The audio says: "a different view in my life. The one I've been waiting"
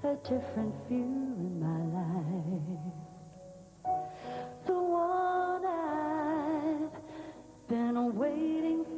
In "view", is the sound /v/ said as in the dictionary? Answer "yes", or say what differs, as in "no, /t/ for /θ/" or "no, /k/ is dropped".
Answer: no, /f/ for /v/